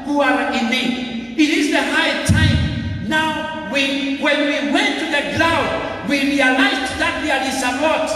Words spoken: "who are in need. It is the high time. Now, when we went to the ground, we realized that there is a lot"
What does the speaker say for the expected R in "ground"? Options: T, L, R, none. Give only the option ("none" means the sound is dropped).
L